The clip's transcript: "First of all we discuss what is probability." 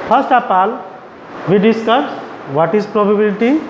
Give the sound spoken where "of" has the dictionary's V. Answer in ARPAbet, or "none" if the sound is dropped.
P